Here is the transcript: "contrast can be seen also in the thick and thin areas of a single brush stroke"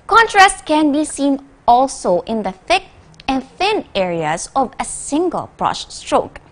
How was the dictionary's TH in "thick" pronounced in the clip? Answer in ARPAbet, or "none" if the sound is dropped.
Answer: TH